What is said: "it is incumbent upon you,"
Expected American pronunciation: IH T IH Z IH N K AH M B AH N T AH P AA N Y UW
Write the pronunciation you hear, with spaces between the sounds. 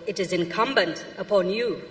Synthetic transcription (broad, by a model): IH T IH Z IH N K AH M B AH N T AH P AA N Y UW